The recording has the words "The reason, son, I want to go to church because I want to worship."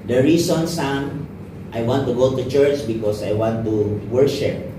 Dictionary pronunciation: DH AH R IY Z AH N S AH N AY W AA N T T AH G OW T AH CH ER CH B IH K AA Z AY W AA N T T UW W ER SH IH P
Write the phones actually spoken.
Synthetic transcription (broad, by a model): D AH R IY S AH N S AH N AY W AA N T T AH G OW T AH CH ER CH B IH K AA S AY W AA N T T UW W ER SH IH P